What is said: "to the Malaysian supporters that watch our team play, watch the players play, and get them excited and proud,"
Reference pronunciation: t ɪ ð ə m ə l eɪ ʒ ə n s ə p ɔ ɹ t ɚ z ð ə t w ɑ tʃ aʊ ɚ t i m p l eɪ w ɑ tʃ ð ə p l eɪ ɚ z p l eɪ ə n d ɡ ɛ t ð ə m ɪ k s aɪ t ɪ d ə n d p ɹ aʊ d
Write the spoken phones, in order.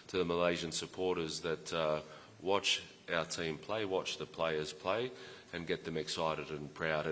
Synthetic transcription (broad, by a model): t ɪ ð ə m ə l eɪ ʒ ə n s ə p ɔ ɹ t ɚ z ð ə t w ɑ tʃ aʊ ɚ t i m p l eɪ w ɑ tʃ ð ə p l eɪ ɚ z p l eɪ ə n ɡ ɛ t ð ə m ɪ k s aɪ t ɪ d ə n p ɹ aʊ d